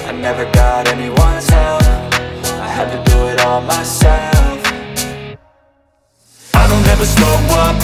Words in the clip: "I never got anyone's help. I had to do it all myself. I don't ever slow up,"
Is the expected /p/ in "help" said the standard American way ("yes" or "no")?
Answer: no